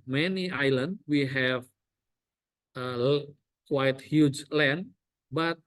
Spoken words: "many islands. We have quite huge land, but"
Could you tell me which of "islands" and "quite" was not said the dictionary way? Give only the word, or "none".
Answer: islands